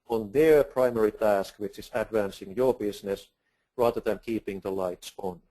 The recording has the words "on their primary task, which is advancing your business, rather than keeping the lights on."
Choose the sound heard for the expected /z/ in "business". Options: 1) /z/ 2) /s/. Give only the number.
2